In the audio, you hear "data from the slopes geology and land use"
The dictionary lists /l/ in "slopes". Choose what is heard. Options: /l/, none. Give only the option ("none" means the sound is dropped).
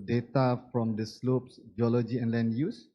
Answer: /l/